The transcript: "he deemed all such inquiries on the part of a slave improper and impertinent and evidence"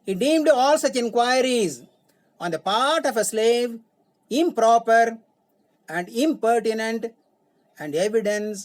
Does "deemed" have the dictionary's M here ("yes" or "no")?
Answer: yes